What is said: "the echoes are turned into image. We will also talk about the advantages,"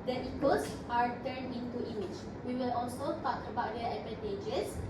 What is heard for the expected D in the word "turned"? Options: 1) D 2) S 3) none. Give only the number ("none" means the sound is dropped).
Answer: 3